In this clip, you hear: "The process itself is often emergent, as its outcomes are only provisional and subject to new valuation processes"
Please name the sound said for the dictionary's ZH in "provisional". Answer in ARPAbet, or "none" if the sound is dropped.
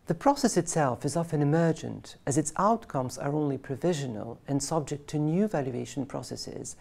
ZH